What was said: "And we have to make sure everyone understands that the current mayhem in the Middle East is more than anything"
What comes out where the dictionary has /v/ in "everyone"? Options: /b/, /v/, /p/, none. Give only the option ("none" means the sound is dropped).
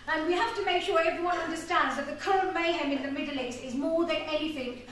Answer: /v/